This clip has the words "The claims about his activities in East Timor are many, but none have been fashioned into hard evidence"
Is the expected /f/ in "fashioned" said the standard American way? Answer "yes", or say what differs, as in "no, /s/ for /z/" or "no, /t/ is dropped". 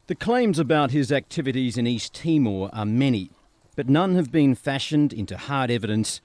yes